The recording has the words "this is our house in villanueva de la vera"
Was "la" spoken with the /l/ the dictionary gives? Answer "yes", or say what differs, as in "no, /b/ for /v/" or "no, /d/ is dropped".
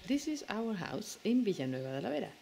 yes